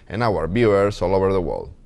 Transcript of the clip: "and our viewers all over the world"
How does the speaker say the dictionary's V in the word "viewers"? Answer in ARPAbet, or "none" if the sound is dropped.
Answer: B